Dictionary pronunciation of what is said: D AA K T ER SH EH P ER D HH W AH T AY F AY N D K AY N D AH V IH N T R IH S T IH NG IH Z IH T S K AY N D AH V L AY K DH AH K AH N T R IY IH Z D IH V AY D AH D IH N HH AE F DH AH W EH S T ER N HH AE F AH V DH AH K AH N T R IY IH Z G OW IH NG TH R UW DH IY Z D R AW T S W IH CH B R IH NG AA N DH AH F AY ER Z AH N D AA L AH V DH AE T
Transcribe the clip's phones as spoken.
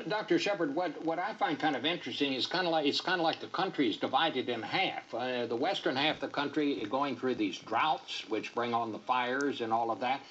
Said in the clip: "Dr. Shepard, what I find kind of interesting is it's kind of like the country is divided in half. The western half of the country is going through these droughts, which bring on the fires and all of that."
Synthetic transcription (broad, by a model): D AA K T ER SH EH P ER D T W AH T AY F AY N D K AY N D AH V IH N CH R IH S T IH NG IH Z IH T S K AY N D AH L AY K DH AH K AH N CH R IY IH Z D IH V AY D AH D IH N HH AE F DH AH W EH S T ER N HH AE F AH DH AH K AH N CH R IY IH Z G OW IH NG TH R UW DH IY Z D R AW T S W IH CH B R IH NG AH N DH AH F AY ER Z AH N AA L AH V DH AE T